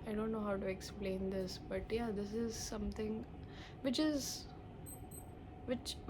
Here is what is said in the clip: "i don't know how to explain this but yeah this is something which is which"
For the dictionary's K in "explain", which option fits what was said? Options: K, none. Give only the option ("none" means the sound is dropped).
K